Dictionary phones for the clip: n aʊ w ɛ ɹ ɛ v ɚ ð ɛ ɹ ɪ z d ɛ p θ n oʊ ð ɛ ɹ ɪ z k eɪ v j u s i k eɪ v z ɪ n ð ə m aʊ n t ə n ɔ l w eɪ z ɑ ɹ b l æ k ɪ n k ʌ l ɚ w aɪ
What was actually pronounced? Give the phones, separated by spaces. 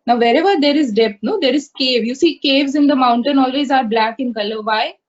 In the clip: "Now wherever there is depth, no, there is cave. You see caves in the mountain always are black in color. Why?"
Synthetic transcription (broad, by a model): n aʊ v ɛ ɹ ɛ v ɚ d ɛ ɹ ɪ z d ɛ p t n oʊ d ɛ ɹ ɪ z k eɪ v j u s i k eɪ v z ɪ n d ə m aʊ n t ə n ɔ l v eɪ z ɑ ɹ b l æ k ɪ n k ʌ l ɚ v aɪ